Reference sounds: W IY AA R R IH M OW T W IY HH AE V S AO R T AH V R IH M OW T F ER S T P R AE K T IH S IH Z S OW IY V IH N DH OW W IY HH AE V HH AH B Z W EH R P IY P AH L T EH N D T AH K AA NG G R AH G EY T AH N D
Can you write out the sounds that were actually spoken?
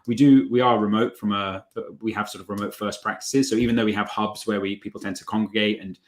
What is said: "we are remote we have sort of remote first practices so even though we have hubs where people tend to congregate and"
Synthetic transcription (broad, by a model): W IY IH W R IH M OW T W IY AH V S AO R T AH V R IH M OW T F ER S P R AE K T IH S IH Z S OW IY V IH N DH OW W IY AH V HH AH B Z W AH W P IY P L T EH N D T AH K AA NG G R AH G EY T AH N